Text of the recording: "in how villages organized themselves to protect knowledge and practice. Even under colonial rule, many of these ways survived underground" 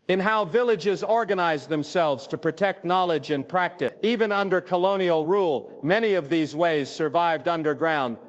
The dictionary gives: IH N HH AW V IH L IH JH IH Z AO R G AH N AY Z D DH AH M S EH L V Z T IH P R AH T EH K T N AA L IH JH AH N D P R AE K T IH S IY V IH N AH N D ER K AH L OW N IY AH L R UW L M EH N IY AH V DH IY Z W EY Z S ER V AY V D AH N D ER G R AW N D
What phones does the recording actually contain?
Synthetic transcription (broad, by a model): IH N HH AW V IH L IH JH IH Z AO R G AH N AY Z DH AH M S EH L V Z T IH P R AH T EH K T N AA L IH JH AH N P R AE K T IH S IY V IH N AH N D ER K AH L OW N IY L R UW L M EH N IY AH V DH IY Z W EY Z S ER V AY V D AH N D ER G R AW N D